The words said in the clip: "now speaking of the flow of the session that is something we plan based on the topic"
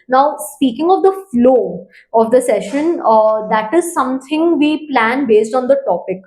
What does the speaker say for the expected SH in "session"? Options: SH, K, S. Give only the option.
SH